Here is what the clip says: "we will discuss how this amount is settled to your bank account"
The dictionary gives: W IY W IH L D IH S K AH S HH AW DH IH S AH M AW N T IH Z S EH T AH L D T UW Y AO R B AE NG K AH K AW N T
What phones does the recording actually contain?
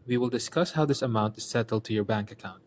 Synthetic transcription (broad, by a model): W IY W IH L D IH S K AH S HH AW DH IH S AH M AW N T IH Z S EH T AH L D T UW Y AO R B AE NG K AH K AW N T